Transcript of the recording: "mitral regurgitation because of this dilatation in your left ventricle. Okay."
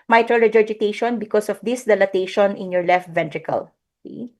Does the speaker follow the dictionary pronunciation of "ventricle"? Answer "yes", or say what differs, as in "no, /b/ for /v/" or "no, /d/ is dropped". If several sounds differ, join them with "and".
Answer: yes